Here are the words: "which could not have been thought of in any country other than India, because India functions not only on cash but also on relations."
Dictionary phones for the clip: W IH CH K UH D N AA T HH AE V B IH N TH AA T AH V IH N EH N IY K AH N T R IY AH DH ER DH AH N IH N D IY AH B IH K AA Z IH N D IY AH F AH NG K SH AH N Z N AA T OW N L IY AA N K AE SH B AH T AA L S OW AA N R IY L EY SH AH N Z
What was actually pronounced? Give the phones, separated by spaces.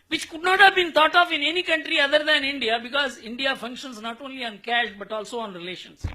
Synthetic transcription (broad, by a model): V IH CH K UH D N AA T HH AE V B IH N T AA T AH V IH N EH N IY K AH N T R IY AH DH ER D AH N IH N D IY AH B IH K AA Z IH N D IY AH F AH NG K SH AH N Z N AA T OW N L IY AA N K AE SH B AH T AA L S OW AA N R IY L EY SH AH N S